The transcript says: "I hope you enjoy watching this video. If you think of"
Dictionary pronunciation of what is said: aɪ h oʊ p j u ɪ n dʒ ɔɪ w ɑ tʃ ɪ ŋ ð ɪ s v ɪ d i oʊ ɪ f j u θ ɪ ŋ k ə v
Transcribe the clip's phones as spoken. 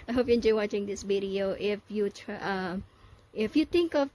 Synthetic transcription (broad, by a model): aɪ h oʊ p j u ɪ n dʒ ɔɪ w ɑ tʃ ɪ ŋ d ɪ s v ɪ d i oʊ ɪ f j u t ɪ ŋ k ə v